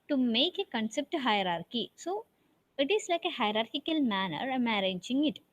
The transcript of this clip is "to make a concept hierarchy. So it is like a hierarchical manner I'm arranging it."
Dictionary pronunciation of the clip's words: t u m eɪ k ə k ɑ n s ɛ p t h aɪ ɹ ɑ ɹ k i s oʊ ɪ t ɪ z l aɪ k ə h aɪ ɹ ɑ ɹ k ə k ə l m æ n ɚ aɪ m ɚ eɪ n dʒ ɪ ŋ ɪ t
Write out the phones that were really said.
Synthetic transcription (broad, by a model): t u m eɪ k ə k ɑ n s ɛ p t h aɪ ɹ ɑ ɹ k i s oʊ ɪ t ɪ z l aɪ k ə h aɪ ɹ ɑ ɹ k ə k ə l m æ n ɚ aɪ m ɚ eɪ dʒ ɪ ŋ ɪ t